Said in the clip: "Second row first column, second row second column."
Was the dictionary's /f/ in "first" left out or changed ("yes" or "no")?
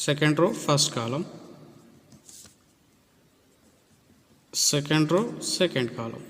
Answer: yes